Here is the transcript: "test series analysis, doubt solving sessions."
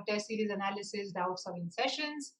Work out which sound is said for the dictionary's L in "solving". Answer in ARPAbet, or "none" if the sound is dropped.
none